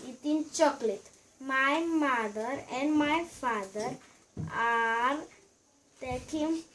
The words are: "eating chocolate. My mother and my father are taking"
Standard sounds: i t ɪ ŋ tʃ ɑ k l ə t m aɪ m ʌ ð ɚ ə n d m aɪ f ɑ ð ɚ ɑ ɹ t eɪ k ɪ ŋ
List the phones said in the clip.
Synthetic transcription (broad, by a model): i t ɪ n tʃ ɑ k l ə t m aɪ m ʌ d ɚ ə n d m aɪ f ɑ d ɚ ɑ ɹ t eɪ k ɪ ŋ